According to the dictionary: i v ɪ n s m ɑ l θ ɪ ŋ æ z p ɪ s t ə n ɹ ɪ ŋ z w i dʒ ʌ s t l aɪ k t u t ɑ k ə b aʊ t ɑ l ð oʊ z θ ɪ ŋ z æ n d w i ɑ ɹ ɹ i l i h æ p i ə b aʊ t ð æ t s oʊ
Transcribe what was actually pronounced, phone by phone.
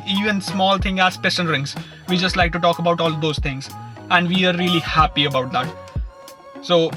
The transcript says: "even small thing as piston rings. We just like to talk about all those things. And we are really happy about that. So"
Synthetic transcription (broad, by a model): i v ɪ n s m ɑ l t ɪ ŋ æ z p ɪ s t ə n ɹ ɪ ŋ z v i dʒ ʌ s t l aɪ k t u t ɑ k ə b aʊ t ɑ l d oʊ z t ɪ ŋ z æ n d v i ɑ ɹ ɹ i l i h æ p i ə b aʊ t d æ t s oʊ